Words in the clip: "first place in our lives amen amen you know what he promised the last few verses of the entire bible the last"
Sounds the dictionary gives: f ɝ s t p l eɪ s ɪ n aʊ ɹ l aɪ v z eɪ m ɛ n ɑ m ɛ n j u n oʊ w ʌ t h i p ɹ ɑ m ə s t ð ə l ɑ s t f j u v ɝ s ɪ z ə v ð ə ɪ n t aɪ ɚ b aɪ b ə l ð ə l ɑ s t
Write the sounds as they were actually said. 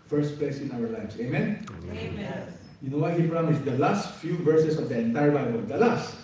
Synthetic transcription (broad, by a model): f ɝ s t p l eɪ s ɪ n aʊ ɹ l aɪ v s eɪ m m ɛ n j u n oʊ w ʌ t h i p ɹ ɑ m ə s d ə l ɑ s t f j u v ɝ s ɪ s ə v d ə ɪ n t aɪ ɚ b aɪ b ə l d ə l ɑ s t